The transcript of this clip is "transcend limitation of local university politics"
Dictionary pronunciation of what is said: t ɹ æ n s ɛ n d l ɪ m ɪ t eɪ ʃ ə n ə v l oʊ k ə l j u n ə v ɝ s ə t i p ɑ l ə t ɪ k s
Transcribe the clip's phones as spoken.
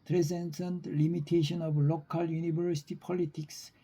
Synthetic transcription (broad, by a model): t ɹ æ n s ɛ n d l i m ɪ t eɪ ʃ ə n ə b l oʊ k ə l j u n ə b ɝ s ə t i p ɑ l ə t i k s